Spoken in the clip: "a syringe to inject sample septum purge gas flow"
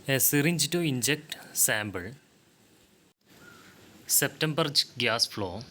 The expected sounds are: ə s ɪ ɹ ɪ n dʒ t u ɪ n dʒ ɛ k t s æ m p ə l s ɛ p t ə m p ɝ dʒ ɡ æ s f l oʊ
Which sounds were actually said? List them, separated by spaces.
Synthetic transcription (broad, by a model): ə s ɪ ɹ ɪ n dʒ t u ɪ n dʒ ɛ k t s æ m b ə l s ɛ p t ə m b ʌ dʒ ɡ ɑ s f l oʊ